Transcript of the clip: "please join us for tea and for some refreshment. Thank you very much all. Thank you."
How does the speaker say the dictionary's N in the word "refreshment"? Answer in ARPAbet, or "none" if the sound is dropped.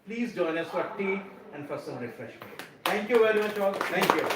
none